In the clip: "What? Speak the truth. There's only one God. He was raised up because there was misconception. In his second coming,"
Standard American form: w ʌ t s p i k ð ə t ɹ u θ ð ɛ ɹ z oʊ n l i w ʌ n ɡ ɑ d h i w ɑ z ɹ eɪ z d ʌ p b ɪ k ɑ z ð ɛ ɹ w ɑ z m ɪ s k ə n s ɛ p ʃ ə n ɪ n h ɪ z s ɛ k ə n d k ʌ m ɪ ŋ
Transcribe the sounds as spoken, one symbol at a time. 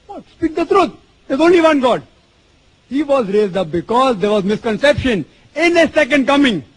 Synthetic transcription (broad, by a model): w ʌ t s p i k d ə t ɹ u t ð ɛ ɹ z oʊ n l i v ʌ n ɡ ɑ d h i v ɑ z ɹ eɪ z d ʌ p b ɪ k ɑ z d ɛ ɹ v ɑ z m ɪ s k ə n s ɛ p ʃ ə n ɪ n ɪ s ɛ k ə n d k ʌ m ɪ ŋ